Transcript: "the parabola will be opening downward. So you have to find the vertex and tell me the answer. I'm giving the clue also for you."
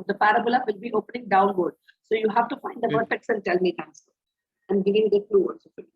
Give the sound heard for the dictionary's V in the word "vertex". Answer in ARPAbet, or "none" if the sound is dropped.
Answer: P